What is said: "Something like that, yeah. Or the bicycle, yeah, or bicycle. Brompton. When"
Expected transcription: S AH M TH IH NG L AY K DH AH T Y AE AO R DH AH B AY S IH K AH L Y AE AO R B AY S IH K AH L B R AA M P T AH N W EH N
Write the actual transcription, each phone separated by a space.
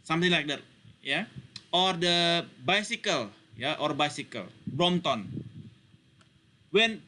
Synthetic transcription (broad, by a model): S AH M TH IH NG L AY K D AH T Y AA AO R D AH B AY S IH K AH L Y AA AO R B AY S IH K AH L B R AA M T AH N W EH N